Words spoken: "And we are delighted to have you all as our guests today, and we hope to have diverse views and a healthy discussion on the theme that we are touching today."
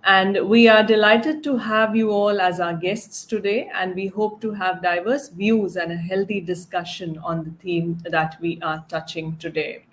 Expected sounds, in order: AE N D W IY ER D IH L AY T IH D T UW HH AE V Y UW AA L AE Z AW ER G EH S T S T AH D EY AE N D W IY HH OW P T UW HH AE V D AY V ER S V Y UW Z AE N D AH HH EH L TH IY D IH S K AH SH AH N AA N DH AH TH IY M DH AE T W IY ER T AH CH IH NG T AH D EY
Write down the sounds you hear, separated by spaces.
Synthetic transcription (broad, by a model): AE N D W IY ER D IH L AY T IH D T UW HH AE V Y UW AA L AE Z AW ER G EH S T S T AH D EY AE N D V IY HH OW P T UW HH AE V D AY V ER S V Y UW Z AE N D AH HH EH L T IY D IH S K AH SH AH N AA N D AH T IY M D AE T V IY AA T AH CH IH NG T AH D EY